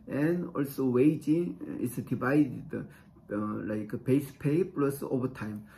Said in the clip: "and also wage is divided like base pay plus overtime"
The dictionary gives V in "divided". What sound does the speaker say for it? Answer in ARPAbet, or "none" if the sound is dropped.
B